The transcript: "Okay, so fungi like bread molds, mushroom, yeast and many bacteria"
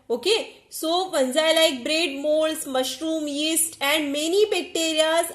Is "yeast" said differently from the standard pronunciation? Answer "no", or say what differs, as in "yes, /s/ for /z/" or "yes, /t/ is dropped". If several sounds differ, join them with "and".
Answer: no